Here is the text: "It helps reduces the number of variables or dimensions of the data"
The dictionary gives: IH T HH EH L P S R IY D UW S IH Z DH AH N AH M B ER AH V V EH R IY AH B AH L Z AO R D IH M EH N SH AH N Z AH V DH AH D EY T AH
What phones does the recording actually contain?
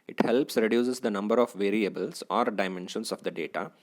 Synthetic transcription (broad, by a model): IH T HH EH L P S R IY D UW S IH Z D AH N AH M B ER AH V V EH R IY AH B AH L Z AO R D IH M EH N SH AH N S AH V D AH D EY T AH